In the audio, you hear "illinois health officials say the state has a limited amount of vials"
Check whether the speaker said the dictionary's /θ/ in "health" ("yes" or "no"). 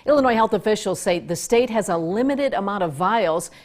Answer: yes